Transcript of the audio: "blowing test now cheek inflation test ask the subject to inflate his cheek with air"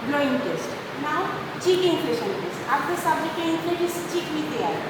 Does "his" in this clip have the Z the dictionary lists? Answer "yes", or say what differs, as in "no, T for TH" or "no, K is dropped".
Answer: no, S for Z